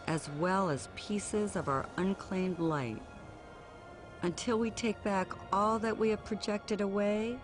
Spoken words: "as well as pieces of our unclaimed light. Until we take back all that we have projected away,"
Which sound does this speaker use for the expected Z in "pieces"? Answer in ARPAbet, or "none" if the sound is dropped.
Z